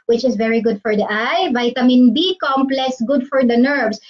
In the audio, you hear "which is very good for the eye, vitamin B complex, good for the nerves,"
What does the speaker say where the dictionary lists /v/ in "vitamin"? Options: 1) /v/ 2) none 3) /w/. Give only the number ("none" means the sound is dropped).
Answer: 1